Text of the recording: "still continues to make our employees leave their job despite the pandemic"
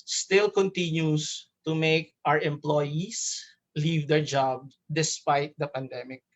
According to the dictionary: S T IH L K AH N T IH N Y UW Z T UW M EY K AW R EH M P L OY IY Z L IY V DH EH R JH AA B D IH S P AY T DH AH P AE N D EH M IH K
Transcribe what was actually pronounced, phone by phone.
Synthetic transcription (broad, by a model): S T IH L K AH N T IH N Y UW S T UW M EY K AW R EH M P L OY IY S L IY V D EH R JH AA B D IH S P AY T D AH P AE N D EH M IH K